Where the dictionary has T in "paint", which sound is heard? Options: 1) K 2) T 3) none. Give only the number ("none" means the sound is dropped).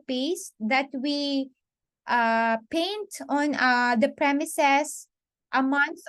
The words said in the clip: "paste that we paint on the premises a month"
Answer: 2